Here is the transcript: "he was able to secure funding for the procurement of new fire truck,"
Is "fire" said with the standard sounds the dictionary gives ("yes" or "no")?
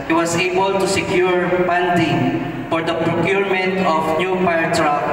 no